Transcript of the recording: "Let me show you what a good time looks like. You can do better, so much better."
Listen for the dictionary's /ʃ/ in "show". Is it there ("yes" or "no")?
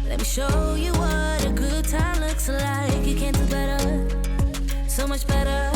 yes